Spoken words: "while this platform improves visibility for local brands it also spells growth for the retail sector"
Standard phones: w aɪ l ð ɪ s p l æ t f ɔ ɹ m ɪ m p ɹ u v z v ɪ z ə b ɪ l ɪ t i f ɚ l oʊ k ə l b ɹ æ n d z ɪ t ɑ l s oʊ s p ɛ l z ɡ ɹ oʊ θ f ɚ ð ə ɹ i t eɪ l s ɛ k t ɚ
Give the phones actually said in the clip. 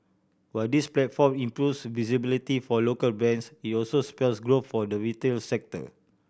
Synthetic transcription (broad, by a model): w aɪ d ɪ s p l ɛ t f ɔ m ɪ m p ɹ u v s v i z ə b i l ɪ t i f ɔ l oʊ k ə l b ɛ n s ɪ t ɑ l s oʊ s p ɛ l s ɡ ɹ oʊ f f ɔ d ə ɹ i t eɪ l s ɛ k t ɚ